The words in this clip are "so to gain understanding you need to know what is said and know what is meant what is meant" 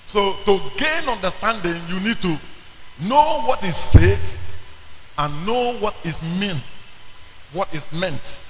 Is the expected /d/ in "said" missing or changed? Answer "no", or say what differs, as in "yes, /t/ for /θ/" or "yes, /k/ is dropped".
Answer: no